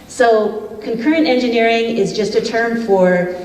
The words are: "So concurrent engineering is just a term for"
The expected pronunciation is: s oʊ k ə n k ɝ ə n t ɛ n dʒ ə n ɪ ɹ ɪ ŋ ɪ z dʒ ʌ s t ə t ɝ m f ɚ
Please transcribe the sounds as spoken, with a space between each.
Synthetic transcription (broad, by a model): s oʊ k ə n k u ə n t ɛ n dʒ ə n ɪ ɹ ɪ ŋ ɪ z dʒ ʌ s t ə t ɝ m f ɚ